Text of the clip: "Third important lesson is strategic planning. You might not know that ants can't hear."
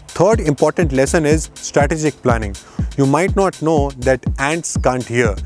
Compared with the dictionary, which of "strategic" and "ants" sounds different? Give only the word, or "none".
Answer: none